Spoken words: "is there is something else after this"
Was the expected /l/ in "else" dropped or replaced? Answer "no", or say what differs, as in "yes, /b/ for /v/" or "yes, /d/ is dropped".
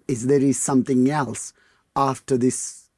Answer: no